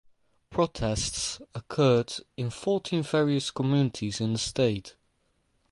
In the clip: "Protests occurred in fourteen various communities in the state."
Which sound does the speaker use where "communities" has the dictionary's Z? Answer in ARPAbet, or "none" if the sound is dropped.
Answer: Z